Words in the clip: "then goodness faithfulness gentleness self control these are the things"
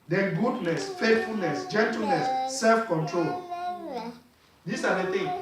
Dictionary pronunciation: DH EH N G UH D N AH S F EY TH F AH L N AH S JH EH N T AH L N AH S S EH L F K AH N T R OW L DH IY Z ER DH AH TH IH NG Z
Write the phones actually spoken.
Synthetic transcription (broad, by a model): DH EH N G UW D N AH S F EY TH F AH L N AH S JH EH N T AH L N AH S S EH L F K AH N T R OW L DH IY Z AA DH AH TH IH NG